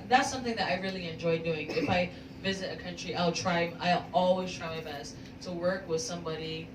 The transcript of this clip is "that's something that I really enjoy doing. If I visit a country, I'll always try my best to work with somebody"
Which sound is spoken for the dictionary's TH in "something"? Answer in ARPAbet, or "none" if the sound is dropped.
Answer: TH